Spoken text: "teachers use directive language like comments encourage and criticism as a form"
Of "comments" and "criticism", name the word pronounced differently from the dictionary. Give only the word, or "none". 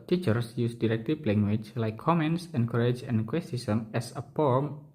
criticism